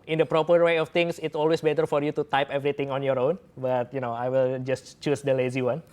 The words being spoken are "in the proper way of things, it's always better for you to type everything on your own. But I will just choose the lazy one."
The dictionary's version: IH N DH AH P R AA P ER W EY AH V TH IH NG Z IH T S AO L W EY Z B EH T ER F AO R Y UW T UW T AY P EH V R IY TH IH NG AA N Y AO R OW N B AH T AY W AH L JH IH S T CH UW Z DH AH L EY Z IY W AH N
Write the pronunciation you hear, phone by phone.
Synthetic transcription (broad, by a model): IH N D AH P R AA P ER W EY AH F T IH NG S IH T S AO L W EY S B EH T ER F AO R Y UW T UW T AY P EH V R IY T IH NG AA N Y AO R OW N B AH T AY W AH L JH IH S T CH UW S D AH L EY Z IY W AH N